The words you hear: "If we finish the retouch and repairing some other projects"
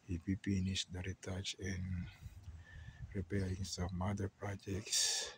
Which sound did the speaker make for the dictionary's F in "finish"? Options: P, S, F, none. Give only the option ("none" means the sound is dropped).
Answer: P